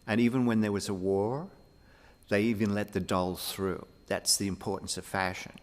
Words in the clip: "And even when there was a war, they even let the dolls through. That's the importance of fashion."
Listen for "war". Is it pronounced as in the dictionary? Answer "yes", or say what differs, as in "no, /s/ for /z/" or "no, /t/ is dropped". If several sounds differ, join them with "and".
yes